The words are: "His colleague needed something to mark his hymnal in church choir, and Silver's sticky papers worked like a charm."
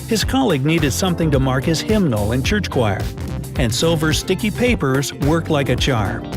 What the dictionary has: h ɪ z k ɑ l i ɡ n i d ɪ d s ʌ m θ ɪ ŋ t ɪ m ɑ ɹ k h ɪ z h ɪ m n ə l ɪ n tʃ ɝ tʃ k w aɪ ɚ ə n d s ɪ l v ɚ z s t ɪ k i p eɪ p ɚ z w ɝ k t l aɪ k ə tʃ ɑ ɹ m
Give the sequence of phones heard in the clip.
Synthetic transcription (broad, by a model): h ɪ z k ɑ l i ɡ n i d ɪ d s ʌ m θ ɪ ŋ t ɪ m ɑ ɹ k h ɪ z h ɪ m n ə l ɪ n tʃ ɝ tʃ k w aɪ ɚ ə n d s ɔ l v ɚ s t ɪ k i p eɪ p ɚ z w ɝ k t l aɪ k ə tʃ ɑ ɹ m